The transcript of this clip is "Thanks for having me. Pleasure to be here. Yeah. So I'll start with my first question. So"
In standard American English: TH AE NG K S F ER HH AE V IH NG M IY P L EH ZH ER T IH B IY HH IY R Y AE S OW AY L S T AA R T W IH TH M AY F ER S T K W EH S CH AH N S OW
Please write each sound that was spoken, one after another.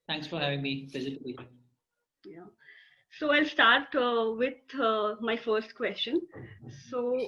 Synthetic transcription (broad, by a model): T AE NG K S F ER HH AE V IH NG M IY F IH Z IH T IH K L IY Y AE S OW AY L S T AA R T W IH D M AY F ER S T K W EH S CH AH N S OW